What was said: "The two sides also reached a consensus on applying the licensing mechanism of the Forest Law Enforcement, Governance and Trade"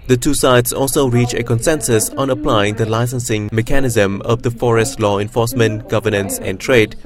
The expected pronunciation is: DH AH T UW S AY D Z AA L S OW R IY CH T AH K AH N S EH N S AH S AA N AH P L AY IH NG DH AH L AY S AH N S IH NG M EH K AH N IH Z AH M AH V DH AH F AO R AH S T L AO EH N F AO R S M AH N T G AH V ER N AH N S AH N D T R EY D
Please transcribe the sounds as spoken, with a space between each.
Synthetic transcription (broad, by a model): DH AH T UW S AY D S AA L S OW R IY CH AH K AH N S EH N S AH S AA N AH P L AY IH NG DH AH L AY S AH N S IH NG M EH K AH N IH Z AH M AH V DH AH F AO R AH S T L AO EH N F AO S M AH N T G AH V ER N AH N S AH N T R EY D